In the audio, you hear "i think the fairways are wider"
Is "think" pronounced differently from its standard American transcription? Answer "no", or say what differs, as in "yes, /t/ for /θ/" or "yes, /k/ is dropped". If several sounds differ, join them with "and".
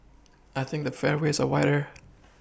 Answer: no